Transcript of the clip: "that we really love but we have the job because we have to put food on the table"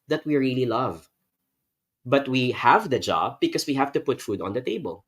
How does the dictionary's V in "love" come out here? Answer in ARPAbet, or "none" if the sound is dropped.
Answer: V